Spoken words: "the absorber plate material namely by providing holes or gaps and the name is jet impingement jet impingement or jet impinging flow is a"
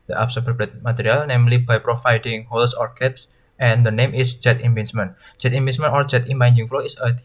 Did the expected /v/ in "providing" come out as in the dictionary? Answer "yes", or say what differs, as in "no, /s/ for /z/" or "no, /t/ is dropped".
no, /f/ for /v/